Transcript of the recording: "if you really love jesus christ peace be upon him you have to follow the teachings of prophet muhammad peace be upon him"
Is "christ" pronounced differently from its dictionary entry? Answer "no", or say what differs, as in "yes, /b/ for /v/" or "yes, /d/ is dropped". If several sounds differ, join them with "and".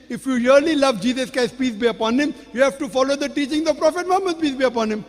yes, /ɹ/ is dropped